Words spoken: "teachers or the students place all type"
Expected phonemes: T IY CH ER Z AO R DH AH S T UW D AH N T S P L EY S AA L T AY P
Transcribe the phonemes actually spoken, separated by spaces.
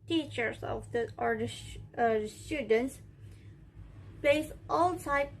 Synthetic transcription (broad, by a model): T IY CH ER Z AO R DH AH S T UW D AH N T S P EY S AA L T AY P